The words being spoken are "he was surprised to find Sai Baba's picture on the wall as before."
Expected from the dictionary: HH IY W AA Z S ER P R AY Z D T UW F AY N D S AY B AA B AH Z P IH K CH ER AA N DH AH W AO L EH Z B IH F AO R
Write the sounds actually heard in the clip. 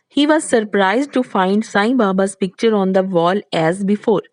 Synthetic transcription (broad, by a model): HH IY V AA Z S ER P R AY Z D T UW F AY N D S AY B AA B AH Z P IH K CH ER AA N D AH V AO L EH Z B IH F AO R